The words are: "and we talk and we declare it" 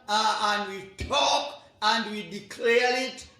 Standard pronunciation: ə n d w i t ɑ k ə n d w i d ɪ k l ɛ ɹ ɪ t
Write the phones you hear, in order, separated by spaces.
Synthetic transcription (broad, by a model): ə n d w i t ɑ k ə n d w i d ɪ k l ɛ ɹ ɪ t